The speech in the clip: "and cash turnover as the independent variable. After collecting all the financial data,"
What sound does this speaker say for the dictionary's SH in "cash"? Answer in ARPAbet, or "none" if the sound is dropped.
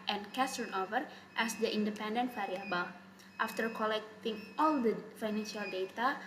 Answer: S